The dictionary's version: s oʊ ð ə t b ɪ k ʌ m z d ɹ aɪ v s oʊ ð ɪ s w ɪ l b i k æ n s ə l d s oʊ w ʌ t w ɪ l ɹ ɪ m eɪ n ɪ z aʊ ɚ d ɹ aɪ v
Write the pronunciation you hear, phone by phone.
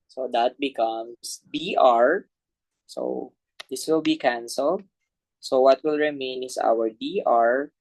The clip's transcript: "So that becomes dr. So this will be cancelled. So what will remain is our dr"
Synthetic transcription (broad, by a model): s oʊ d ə t b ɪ k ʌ m s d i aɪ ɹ s oʊ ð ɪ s w ɪ l b i k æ n s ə l d s oʊ w ʌ t w ɪ l ɹ ɪ m eɪ n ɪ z aʊ ɚ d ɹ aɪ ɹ